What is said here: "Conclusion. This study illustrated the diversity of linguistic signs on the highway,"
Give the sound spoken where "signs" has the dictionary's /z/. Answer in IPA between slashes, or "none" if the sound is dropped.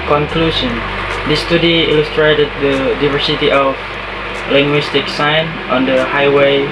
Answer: none